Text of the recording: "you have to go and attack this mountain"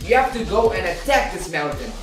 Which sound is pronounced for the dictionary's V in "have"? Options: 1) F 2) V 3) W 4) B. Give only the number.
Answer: 1